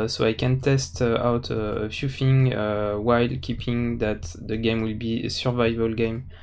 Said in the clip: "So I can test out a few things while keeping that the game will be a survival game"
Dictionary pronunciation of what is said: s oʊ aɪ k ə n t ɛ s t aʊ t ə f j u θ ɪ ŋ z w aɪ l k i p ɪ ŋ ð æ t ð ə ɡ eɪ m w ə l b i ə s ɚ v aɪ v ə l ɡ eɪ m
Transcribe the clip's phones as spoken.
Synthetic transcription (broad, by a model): s oʊ aɪ k ə n t ɛ s t aʊ t ə f j u f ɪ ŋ w aɪ l k i p ɪ ŋ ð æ t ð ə ɡ eɪ m w ə l b i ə s ɚ v aɪ v ə l ɡ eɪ m